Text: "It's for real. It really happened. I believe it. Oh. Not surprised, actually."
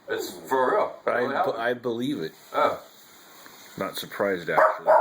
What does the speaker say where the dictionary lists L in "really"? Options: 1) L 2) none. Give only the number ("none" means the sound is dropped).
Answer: 2